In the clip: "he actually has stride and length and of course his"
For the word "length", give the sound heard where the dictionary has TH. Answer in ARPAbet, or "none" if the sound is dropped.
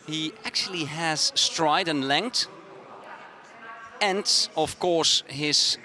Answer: T